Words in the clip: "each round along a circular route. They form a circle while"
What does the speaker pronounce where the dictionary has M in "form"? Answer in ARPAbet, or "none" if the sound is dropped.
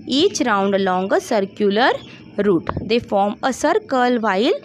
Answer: M